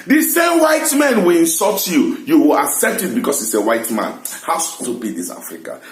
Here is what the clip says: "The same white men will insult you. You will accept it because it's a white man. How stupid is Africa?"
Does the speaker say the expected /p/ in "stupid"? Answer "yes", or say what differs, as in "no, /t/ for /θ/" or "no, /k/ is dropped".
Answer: no, /b/ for /p/